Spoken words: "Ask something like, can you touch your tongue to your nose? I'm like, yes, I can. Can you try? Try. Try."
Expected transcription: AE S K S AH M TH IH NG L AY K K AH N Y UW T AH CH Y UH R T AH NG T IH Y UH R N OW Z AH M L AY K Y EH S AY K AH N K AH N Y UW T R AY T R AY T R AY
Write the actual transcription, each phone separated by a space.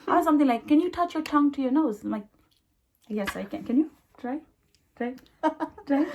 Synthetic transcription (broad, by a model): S S AH M TH IH NG L AY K K AH N Y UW T AH CH Y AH R T AH NG T IH Y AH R N OW AH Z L AY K Y EH S AY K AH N K AH N Y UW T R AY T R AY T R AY